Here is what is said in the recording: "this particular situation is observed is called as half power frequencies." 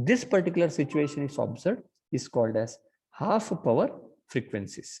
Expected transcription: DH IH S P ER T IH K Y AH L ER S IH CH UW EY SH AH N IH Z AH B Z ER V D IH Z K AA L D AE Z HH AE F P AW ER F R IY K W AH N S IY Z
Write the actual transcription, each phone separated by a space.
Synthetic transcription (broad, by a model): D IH S P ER T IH K Y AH L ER S IH CH UW EY SH AH N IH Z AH B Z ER D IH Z K AA L D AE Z HH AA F P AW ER F R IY K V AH N S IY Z